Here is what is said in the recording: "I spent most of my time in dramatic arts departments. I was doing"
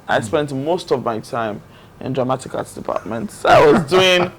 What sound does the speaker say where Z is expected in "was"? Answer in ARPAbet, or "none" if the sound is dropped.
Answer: Z